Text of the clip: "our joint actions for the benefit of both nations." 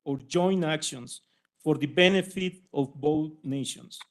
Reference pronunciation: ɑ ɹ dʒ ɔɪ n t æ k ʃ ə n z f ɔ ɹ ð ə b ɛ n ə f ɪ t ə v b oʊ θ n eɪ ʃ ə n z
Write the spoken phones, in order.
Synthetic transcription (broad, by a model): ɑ ɹ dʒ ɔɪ n æ k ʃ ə n s f ɔ ɹ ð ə b ɛ n ə f ɪ t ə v b oʊ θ n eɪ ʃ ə n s